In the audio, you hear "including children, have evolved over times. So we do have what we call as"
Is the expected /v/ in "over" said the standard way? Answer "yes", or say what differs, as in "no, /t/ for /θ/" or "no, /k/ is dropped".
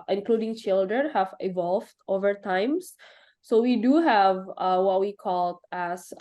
yes